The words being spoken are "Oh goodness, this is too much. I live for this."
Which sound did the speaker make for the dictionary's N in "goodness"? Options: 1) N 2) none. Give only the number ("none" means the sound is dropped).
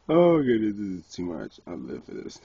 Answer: 2